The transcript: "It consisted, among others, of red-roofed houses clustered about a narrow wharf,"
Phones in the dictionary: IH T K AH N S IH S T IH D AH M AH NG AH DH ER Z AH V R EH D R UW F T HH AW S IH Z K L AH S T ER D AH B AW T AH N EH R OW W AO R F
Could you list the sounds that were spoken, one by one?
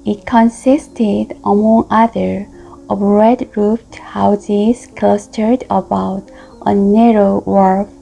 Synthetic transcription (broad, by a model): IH T K AH N S IH S T IH D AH M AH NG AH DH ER AH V R EH D R UW F T HH AW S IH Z K L AH S T ER D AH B AW T AH N EH R OW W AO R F